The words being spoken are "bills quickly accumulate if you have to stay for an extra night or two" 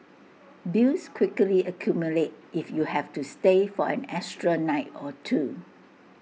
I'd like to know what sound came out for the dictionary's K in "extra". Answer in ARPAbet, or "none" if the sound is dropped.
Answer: none